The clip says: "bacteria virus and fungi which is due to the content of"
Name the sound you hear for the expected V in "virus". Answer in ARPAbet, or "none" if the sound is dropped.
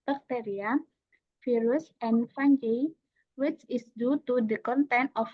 F